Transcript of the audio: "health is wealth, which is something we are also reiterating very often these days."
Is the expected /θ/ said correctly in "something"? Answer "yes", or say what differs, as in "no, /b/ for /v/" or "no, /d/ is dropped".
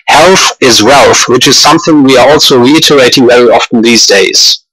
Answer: yes